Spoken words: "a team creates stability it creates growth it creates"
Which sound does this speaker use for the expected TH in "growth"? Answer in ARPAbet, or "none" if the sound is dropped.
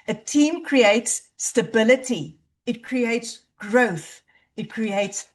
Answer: TH